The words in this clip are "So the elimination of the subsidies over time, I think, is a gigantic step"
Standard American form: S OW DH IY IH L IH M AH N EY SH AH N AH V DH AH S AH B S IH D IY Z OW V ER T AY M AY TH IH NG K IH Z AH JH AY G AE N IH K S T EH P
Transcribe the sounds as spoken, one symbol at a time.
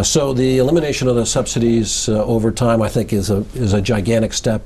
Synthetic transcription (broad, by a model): S OW DH IY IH L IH M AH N EY SH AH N AH V DH AH S AH B S IH D IY Z OW V ER T AY M AY TH IH NG K IH Z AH JH AY G AE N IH K S T EH P